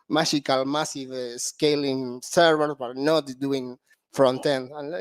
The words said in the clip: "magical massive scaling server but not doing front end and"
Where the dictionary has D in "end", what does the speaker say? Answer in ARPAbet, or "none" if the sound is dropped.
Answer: none